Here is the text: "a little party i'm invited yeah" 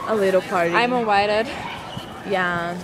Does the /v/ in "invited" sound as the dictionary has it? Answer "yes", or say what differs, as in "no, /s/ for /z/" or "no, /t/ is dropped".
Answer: no, /w/ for /v/